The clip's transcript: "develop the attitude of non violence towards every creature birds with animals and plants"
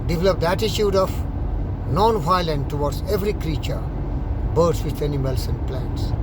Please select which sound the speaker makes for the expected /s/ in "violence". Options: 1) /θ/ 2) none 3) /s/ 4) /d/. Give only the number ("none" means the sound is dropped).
2